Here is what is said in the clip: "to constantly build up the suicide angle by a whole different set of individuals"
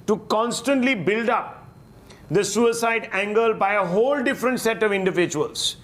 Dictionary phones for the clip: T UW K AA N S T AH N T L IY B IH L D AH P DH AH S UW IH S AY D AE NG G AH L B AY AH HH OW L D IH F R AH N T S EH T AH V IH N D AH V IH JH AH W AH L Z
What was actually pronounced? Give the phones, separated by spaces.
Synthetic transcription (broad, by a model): T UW K AA N S T AH N T L IY B IH L D AH P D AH S UW IH S AY D AE NG G AH L B AY AH HH OW L D IH F R AH N T S EH T AH V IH N D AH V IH JH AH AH L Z